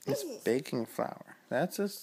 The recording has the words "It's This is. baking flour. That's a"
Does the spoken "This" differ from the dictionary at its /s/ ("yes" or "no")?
yes